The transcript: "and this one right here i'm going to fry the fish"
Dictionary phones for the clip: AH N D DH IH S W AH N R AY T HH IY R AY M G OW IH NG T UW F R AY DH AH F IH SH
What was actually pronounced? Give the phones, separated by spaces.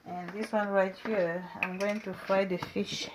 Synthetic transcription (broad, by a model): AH N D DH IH S W AH N R AY T HH IY R AY M G OW IH NG T UW F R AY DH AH F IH SH